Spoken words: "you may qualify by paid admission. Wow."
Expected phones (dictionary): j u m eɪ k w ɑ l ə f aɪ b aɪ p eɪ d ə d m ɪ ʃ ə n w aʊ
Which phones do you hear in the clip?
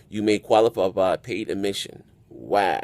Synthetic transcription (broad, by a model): j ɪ m eɪ k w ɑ l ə p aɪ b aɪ p eɪ d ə m ɪ ʃ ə n w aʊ